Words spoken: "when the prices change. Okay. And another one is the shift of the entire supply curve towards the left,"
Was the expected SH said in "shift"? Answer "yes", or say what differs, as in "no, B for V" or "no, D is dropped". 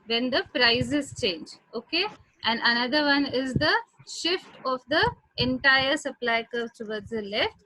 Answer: yes